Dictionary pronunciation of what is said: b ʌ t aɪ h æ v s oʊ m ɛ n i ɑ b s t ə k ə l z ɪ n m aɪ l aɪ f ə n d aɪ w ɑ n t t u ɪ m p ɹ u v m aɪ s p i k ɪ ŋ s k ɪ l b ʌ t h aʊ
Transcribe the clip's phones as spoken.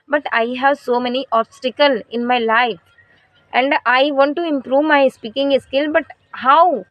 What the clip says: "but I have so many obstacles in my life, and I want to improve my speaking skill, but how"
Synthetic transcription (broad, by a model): b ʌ t aɪ h æ v s oʊ m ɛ n i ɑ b s t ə k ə l ɪ n m aɪ l aɪ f ə n d aɪ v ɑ n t t u ɪ m p ɹ u v m aɪ s p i k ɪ ŋ s k ɪ l b ʌ t h aʊ